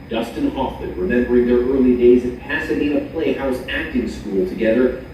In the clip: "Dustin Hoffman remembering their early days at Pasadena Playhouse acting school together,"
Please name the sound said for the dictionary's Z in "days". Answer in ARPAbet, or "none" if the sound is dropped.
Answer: Z